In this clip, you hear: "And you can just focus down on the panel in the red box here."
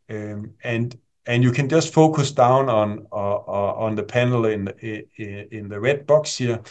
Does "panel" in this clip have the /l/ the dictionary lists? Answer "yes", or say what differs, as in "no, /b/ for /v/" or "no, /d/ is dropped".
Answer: no, /n/ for /l/